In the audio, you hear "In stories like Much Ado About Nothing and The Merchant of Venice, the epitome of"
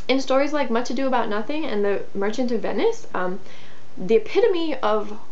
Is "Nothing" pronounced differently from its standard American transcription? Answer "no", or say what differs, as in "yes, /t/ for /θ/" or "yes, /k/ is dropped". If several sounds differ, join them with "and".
no